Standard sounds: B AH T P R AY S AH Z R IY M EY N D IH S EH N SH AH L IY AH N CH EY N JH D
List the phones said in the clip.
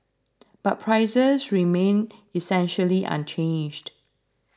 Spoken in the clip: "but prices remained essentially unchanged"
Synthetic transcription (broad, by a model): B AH T P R AY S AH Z R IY M EY N IH S EH N SH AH L IY AH N CH EY N JH D